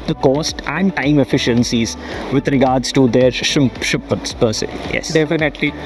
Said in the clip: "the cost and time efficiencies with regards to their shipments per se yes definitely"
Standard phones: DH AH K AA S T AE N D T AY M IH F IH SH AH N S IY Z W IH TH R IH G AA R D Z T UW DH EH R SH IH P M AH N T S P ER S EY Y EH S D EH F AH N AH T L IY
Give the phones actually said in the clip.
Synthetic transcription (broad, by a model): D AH K AA S T AE N D T AY M IH F IH SH AH N S IY Z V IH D R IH G AA R D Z T UW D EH R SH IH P AH T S P ER S EY Y EH S D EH F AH N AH T L IY